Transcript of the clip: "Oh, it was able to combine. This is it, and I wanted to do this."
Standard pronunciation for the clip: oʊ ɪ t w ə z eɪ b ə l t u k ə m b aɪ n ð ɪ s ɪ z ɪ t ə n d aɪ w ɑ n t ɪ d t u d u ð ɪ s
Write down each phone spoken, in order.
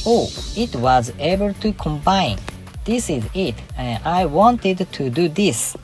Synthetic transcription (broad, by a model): oʊ ɪ t w ə z eɪ b ə l t u k ə m b aɪ n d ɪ s ɪ z ɪ t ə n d aɪ w ɑ n t ɪ d t u d u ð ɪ s